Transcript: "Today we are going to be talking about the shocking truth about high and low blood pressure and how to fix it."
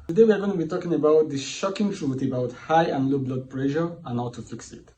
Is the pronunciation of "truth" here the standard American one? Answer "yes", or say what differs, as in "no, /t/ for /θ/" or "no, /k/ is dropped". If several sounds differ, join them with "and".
no, /t/ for /θ/